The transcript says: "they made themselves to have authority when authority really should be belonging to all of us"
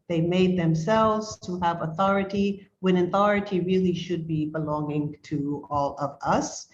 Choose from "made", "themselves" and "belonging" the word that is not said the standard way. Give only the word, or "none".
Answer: none